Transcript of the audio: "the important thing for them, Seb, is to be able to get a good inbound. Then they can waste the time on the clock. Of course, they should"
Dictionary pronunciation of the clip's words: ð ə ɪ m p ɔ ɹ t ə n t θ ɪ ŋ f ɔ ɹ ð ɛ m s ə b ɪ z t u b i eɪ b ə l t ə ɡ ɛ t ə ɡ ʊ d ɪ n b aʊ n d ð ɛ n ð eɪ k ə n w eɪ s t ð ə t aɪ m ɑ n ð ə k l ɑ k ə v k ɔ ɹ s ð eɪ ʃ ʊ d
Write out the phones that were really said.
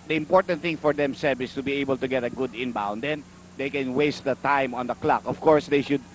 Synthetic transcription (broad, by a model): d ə ɪ m p ɔ ɹ t ə n t θ ɪ ŋ f ɔ ɹ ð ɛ m s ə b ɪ s t u b i eɪ b ə l t ə ɡ ɛ t ə ɡ ʊ d ɪ n b aʊ n d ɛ n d eɪ k ə n w eɪ s t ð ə t aɪ m ɑ n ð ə k l ɑ k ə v k ɔ ɹ s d eɪ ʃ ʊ d